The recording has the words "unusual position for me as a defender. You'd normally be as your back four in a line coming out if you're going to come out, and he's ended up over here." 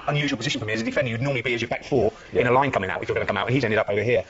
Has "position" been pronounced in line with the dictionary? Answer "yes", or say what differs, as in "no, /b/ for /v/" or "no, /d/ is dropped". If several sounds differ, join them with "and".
yes